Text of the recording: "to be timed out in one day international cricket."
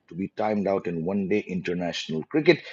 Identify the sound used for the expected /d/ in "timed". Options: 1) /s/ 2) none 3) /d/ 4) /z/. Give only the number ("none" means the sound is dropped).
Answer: 3